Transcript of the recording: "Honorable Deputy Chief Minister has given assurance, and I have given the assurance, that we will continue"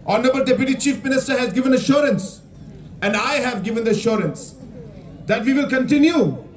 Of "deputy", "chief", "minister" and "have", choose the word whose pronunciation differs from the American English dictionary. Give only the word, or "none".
none